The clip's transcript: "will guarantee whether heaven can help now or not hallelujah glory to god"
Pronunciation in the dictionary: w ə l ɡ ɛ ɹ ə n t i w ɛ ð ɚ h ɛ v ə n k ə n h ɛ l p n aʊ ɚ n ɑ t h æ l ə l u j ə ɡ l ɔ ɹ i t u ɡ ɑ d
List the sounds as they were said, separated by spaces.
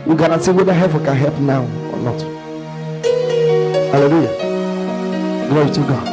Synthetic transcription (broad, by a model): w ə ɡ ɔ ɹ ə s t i w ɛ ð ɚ h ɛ p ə k ə n h ɛ l p n aʊ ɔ n ɑ t h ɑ l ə l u j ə ɡ l ɔ ɹ i t u ɡ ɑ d